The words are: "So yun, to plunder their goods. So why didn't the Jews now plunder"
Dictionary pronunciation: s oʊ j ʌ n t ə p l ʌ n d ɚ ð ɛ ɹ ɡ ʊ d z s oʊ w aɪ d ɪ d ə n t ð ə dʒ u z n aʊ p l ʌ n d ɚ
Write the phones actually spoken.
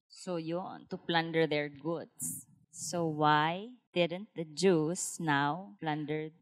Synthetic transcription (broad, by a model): s oʊ j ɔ n t ə p l ʌ n d ɚ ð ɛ ɹ ɡ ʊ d s oʊ w aɪ d ɪ d ə n t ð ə dʒ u s n aʊ p l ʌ n d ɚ